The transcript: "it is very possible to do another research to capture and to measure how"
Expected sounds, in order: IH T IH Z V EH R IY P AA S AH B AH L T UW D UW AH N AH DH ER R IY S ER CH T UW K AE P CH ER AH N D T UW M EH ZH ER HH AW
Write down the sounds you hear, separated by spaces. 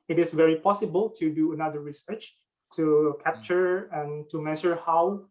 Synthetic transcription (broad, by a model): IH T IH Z V EH R IY P AA S AH B AH L T UW D UW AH N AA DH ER R IY S ER CH T UW K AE P CH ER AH N T UW M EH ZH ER HH AW